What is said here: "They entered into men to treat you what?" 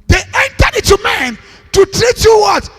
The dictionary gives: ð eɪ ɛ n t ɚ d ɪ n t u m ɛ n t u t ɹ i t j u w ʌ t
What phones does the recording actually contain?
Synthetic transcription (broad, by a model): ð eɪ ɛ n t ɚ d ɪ t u m ɛ n t u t ɹ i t j u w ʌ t